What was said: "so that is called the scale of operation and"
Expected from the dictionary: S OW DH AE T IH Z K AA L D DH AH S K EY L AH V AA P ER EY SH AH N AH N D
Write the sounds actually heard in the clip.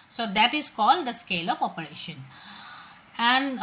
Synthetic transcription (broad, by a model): S OW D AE T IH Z K AA L D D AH S K EY L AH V AA P ER EY SH AH N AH N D